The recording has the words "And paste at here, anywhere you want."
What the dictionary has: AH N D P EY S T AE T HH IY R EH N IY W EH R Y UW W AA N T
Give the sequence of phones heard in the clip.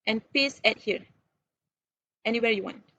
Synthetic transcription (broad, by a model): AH N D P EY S AE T HH IY R EH N IY W EH R Y UW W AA N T